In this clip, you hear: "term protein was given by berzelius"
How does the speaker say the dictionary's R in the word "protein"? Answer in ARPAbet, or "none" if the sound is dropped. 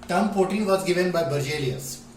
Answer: none